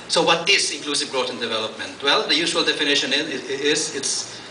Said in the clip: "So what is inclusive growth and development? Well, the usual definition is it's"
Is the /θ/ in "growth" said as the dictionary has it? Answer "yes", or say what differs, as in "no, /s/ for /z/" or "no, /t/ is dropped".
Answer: no, /t/ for /θ/